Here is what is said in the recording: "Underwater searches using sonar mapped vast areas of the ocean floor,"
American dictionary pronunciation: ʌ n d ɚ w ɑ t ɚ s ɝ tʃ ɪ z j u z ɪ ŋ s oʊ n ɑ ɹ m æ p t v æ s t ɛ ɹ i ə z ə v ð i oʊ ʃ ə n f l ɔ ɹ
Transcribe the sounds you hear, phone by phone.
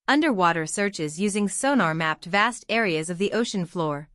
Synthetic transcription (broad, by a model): ʌ n d ɚ w ɑ t ɚ s ɝ tʃ ɪ z j u z ɪ ŋ s oʊ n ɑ ɹ m æ p t v æ s t ɛ ɹ i ə z ə v ð i oʊ ʃ ə n f l ɔ ɹ